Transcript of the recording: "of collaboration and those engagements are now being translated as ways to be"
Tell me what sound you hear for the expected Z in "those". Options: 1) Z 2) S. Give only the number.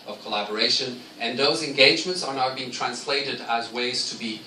1